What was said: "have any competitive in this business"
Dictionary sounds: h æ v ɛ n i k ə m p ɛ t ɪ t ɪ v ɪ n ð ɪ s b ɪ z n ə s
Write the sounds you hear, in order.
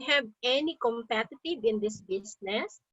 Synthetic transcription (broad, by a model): h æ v ɛ n i k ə m p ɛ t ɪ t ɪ b ɪ n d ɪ s b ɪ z n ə s